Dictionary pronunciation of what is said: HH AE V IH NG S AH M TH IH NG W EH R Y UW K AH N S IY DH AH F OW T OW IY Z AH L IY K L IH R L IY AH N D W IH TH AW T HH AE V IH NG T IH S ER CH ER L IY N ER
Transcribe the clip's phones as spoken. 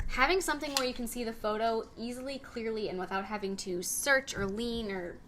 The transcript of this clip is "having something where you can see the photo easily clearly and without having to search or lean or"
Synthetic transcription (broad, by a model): HH AE V IH NG S AH M TH IH NG W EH R Y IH K N S IY DH AH F OW T OW IY Z L IY K L IH R L IY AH N W IH TH AW T HH AE V IH NG T IH S ER CH ER L IY N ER